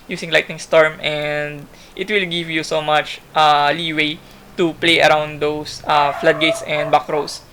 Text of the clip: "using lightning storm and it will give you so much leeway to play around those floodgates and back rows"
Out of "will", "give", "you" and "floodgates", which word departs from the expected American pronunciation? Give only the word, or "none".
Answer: none